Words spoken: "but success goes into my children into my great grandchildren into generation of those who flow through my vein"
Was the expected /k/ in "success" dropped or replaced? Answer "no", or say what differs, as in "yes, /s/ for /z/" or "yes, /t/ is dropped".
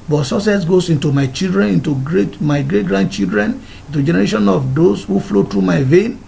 yes, /k/ is dropped